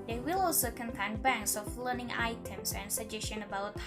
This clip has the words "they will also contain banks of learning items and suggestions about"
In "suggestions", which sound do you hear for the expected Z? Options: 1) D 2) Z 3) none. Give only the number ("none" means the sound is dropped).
3